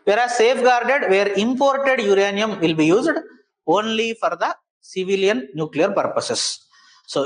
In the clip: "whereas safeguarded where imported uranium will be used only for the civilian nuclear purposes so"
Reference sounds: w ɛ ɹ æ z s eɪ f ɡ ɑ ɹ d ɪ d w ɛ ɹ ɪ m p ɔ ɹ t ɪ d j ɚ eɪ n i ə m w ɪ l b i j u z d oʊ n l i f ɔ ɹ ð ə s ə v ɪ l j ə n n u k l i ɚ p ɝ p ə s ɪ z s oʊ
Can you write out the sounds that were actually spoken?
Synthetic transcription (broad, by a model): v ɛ ɹ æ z s eɪ f ɡ ɑ ɹ d ɪ d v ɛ ɹ ɪ m p ɔ ɹ t ɪ d j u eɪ n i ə m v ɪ l b i j u z d oʊ n l i f ɔ ɹ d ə s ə v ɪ l j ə n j u k l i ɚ p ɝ p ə s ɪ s s oʊ